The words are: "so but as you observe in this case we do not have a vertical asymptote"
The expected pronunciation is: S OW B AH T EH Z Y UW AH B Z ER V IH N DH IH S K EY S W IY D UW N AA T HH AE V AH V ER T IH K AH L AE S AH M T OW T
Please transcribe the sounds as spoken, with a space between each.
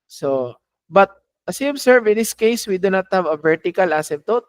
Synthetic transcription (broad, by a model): S OW B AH T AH S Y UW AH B S ER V IH N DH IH S K EY S W IY D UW N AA T HH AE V AH V ER T IH K AH L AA S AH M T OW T